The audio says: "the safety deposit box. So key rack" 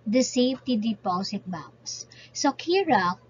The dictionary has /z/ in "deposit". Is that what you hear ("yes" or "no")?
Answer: no